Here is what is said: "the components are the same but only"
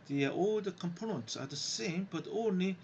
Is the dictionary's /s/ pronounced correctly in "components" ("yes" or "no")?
yes